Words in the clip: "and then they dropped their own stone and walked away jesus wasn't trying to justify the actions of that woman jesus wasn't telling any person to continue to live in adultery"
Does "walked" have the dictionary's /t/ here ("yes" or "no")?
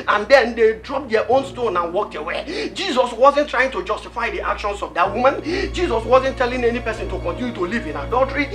yes